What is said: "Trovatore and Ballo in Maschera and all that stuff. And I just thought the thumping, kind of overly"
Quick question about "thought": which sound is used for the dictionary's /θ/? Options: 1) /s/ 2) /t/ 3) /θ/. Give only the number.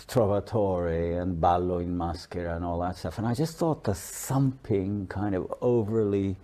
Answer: 3